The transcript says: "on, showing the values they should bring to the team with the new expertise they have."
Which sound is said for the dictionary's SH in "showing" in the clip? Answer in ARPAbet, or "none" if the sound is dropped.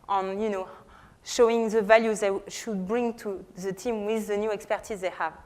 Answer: SH